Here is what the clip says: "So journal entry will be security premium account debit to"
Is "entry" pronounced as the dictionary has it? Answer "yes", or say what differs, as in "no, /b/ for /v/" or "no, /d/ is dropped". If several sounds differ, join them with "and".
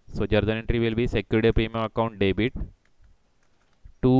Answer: yes